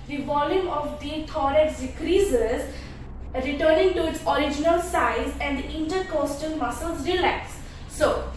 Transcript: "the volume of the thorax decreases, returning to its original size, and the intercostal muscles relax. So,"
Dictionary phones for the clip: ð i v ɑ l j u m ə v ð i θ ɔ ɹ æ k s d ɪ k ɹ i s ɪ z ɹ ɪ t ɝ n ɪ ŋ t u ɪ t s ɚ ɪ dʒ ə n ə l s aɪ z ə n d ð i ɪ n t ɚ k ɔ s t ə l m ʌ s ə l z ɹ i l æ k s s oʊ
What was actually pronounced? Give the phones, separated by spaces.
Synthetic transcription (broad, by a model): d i v ɑ l j u m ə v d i t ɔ ɹ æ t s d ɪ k ɹ i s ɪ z ɹ ɪ t ɝ n ɪ ŋ t u ɪ t s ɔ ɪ dʒ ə n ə l s aɪ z ə n d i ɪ n t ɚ k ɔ s t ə n m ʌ s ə l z ɹ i l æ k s s oʊ